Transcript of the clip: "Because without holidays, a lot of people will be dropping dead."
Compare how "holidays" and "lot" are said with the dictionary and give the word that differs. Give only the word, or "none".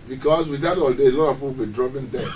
holidays